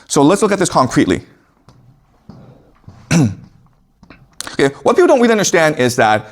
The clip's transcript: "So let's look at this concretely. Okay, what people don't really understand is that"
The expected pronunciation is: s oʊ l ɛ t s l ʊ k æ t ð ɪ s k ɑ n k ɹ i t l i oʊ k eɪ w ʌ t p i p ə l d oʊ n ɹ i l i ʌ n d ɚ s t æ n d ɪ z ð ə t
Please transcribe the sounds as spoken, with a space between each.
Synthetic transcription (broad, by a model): s oʊ l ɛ t s l ʊ k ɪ t ð ɪ s k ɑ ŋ k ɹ i t l i oʊ k eɪ w ʌ t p i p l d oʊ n w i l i ʌ n d ɚ s t æ n d ɪ z ð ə t